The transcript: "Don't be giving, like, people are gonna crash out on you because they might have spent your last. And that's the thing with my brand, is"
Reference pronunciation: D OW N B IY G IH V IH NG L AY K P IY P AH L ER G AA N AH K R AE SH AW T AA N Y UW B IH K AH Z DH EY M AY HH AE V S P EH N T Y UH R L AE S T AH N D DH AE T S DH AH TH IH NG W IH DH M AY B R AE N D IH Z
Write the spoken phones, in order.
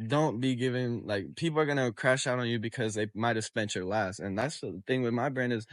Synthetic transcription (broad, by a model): D OW N B IY G IH V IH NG L AY K P IY P L ER G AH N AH K R AE SH AW T N Y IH B IH K AH Z DH EY M AY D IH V S P EH N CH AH R L AE S T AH N DH AE T S DH AH TH IH NG W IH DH M AY B R AE N D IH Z